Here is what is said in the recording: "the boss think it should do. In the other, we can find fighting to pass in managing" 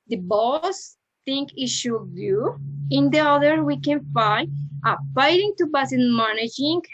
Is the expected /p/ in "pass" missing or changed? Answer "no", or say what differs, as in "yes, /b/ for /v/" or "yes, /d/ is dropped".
yes, /b/ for /p/